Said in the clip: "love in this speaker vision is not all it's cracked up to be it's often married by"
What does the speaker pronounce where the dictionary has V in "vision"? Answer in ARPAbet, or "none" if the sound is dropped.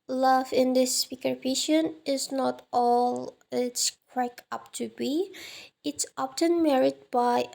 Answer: P